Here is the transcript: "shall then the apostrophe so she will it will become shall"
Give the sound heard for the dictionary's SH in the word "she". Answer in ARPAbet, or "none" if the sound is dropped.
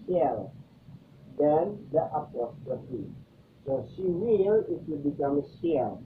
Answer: S